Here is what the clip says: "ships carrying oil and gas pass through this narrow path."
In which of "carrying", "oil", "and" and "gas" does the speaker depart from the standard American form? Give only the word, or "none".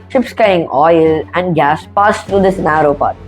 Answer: carrying